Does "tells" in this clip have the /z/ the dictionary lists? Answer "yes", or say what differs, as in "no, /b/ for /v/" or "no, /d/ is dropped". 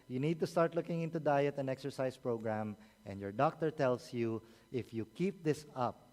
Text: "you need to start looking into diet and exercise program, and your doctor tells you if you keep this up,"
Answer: no, /s/ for /z/